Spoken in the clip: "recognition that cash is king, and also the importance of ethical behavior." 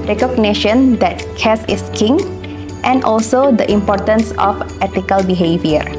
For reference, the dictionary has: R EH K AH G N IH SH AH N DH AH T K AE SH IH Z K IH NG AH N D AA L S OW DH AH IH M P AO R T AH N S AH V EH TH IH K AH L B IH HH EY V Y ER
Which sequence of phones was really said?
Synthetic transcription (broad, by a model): R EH K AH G N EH SH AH N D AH T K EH S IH S K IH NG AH N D AA L S OW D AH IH M P AO T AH N S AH F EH T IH K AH L B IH HH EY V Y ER